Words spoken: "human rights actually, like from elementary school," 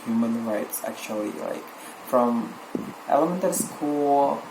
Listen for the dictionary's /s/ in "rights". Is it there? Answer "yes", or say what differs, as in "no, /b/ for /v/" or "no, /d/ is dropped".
yes